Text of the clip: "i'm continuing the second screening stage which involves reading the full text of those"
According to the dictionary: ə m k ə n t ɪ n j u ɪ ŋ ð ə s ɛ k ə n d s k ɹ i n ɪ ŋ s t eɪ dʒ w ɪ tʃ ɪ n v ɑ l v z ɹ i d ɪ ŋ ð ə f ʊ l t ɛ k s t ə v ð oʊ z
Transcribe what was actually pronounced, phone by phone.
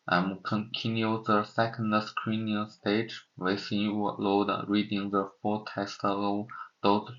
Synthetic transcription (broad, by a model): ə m k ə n t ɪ n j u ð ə s ɛ k ə n d s k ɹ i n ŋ s t eɪ dʒ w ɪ s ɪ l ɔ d ɹ i d ɪ ŋ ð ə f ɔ t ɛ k s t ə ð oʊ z